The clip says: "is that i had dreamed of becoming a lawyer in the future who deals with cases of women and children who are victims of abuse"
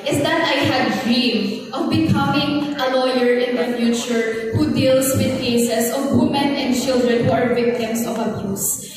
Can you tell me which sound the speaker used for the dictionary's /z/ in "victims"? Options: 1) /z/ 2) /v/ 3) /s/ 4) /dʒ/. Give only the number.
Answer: 3